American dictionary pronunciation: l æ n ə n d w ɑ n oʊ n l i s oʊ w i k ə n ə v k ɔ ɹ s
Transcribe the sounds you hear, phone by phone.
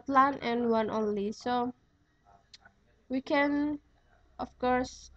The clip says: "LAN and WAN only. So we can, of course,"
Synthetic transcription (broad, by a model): l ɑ n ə n w ɑ n oʊ n l i s oʊ w i k ə n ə f k ɔ ɹ s